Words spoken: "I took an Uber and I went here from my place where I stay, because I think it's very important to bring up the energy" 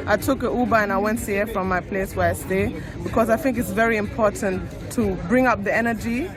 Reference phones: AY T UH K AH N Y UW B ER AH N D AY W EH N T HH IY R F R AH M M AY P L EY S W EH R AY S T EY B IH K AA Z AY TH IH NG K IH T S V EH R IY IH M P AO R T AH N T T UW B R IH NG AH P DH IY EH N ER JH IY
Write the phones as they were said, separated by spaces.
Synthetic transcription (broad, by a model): AY T UH K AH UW B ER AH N AY W EH N T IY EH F R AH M M AY P L EY S W EH R AY S T EY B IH K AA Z AY TH IH NG K IH T S V EH R IY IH M P AO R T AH N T T UW B R IH NG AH P DH IY EH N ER JH IY